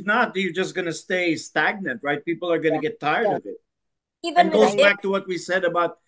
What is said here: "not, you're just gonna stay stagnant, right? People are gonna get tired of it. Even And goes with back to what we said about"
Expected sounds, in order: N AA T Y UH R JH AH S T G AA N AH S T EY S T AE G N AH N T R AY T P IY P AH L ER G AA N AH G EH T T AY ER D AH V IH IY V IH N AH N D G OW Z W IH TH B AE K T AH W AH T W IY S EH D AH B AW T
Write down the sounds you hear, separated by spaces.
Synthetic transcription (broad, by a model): N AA T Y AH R JH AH S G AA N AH S T EY S T AE G N AH N T R AY T P IY P L ER G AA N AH G EH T T AY ER D AH V IH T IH AH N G OW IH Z B AE K T AH W AH T W IY S EH D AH B AW T